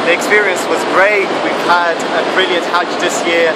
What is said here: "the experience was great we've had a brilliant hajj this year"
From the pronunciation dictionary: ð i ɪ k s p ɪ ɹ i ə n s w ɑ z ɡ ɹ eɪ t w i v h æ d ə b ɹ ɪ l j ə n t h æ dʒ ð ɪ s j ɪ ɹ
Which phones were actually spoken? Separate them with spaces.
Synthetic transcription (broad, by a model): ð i ɪ k s p ɪ ɹ i ə n s w ɑ z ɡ ɹ eɪ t w i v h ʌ d ə b ɹ ɪ l j ə n t h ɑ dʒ ð ɪ s j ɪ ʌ